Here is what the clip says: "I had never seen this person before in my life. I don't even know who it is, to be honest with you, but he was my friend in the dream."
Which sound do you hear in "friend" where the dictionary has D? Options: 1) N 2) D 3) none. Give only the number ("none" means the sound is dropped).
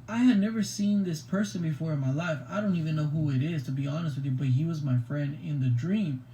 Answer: 2